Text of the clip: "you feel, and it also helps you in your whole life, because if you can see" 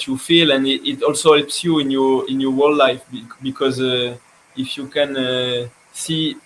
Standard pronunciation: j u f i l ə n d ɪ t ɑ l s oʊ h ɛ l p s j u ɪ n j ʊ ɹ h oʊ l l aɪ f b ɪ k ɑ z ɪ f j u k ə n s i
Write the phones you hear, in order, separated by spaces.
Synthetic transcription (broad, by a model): j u f i l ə n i ɪ t ɑ l s oʊ h ɛ l p s j u ɪ n j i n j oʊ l l aɪ f b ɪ k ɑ z ɪ f j u k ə n s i